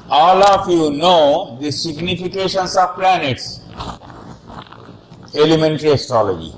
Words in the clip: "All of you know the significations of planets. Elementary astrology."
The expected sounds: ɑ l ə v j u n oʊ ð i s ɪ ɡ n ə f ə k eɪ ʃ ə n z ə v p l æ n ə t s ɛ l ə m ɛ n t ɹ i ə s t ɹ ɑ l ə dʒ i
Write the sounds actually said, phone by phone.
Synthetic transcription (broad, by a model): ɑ l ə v j u n oʊ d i s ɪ ɡ n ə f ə k eɪ ʃ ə n s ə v p l æ n ə t s ɛ l ə m ɛ n t ɹ i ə s t ɹ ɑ l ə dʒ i